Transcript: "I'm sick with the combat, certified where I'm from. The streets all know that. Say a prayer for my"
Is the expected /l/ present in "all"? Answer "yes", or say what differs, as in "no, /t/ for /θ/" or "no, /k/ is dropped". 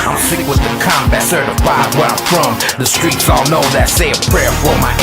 yes